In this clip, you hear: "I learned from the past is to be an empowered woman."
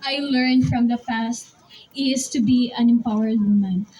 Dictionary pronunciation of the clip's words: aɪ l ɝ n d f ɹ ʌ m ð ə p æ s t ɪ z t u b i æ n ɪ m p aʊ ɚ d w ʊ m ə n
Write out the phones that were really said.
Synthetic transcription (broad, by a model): aɪ l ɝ n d f ɹ ʌ m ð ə f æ s t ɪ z t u b i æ n ɪ m p aʊ ɚ d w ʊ m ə n